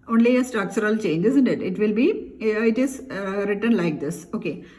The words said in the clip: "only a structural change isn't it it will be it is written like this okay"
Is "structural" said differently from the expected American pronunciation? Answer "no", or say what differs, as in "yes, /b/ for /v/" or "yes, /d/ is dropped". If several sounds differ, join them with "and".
yes, /ɹ/ is dropped and /s/ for /tʃ/